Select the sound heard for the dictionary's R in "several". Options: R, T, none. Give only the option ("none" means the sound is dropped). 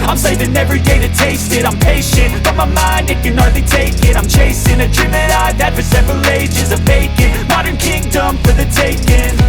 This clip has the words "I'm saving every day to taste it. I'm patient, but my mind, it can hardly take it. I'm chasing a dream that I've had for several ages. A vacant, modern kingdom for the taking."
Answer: R